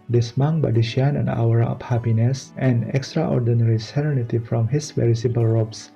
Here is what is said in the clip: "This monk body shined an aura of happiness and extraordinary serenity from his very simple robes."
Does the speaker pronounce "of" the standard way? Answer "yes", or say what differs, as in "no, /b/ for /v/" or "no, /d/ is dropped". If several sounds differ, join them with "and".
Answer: no, /p/ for /v/